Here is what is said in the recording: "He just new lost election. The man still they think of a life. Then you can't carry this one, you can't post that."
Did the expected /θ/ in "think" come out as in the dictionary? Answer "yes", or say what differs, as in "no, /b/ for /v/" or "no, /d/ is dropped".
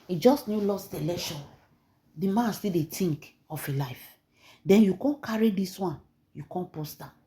no, /t/ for /θ/